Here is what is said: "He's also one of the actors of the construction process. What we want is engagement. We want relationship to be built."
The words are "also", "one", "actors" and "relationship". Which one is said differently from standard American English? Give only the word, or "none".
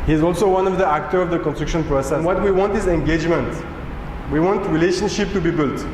actors